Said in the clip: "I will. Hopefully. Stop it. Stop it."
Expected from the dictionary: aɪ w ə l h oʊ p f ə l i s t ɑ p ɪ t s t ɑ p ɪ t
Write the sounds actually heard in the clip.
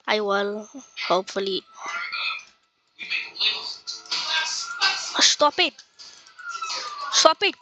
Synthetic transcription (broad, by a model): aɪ w ə l h oʊ p f ə l i s t ɑ p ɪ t s t ɑ p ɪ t